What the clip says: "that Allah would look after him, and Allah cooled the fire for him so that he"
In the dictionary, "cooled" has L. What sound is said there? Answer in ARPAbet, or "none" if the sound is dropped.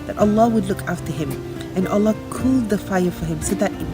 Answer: L